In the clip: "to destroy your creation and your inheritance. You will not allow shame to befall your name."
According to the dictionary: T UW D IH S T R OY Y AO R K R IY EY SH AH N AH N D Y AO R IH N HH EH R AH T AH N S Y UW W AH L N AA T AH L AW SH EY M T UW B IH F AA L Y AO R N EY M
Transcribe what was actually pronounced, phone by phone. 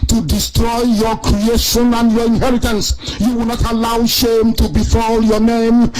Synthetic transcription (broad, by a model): T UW D IH S T R OY Y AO K R IY EY SH AH N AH N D Y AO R IH N HH EH R AH T AH N S Y UW W AH L N AA T AH L AW SH EY M T UW B IH F AA L Y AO N EY M